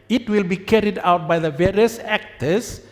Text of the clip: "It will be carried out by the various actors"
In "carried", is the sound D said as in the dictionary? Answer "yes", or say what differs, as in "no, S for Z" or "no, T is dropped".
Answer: yes